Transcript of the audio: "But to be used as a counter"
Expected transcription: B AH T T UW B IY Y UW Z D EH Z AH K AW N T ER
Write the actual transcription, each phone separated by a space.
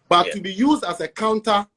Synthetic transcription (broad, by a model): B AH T T UW B IY Y UW Z D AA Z AH K AW N T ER